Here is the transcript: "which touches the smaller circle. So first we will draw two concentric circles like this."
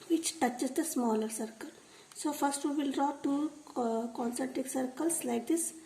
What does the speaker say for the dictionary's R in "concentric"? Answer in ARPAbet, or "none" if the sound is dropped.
none